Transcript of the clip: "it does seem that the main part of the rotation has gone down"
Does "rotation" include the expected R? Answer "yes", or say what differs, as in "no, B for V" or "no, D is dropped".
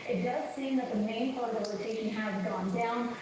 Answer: no, L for R